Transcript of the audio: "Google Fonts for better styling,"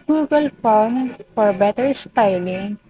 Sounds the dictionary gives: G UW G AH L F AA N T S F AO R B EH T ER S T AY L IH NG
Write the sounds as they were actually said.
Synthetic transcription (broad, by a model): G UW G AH L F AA T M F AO R B EH T ER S T AY L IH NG